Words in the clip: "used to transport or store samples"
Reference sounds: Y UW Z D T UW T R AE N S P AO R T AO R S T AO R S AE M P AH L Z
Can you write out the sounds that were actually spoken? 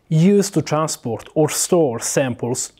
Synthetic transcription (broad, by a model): Y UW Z T UW T R AE N S P AO R T AO R S T AO R S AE M P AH L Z